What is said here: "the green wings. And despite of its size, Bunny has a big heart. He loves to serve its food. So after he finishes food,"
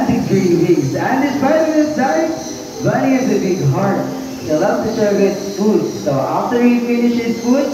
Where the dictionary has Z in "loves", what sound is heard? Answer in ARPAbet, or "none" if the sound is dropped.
none